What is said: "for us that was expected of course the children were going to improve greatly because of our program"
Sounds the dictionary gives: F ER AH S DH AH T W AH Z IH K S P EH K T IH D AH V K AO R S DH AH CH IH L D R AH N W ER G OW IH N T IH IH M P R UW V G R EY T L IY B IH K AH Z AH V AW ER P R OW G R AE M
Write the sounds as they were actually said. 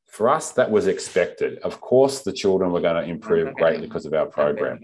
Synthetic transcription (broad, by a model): F ER AH S DH AH T W AH Z IH K S P EH K T IH D AH V K AO R S DH AH CH IH L D R AH N W ER G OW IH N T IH IH M P R UW V G R EY T L IY K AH Z AH V AW ER P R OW G R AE M